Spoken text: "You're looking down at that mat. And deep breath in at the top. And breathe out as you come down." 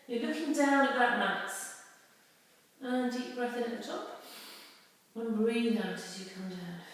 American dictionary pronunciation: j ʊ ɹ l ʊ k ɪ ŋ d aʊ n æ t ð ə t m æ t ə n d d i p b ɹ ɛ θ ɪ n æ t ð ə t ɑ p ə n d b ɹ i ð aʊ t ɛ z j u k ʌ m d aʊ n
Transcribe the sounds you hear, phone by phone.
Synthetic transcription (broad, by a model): j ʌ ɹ l ʊ k ɪ ŋ d aʊ n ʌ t ð ə t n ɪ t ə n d d i p b ɹ ɛ θ ɪ n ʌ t ð ə t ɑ p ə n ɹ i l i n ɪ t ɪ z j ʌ k ʌ m d aʊ n